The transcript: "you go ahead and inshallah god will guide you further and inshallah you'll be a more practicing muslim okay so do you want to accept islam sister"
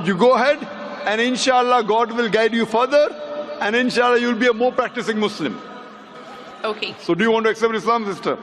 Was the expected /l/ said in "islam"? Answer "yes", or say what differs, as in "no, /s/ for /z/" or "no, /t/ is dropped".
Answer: yes